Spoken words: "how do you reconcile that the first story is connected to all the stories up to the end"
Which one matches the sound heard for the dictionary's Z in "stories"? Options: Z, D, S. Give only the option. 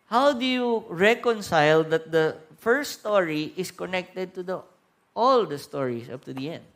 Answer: S